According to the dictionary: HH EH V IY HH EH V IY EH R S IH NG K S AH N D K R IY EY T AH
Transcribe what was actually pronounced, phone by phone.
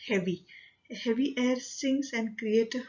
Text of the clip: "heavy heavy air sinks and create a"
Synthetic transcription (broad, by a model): HH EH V IY HH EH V IY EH R S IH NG S AH N D K R IY EY T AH